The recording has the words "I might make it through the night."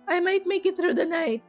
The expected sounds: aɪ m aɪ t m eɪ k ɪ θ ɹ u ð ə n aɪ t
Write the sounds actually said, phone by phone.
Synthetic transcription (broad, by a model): aɪ m aɪ t m eɪ k ɪ t ɹ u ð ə n aɪ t